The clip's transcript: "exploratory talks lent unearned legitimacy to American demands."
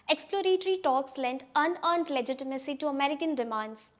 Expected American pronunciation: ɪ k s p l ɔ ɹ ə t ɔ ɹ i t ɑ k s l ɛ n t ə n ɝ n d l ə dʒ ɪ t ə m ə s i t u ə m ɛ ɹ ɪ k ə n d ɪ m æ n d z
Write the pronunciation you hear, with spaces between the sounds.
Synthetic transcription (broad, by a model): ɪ k s p l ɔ ɹ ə t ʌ ɹ i t ɑ k s l ɛ n t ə n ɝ n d l ə dʒ ɪ t ə m ə s i t u ə m ɛ ɹ ɪ k ə n d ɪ m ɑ n d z